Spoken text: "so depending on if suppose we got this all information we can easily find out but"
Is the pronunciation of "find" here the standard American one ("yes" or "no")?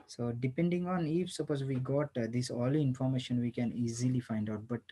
yes